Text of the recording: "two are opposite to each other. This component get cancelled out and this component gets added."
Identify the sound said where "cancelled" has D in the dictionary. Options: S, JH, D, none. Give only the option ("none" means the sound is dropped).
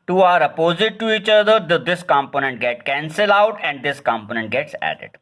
none